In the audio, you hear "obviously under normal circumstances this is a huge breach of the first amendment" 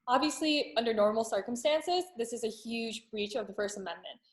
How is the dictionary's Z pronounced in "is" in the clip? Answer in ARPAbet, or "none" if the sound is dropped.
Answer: Z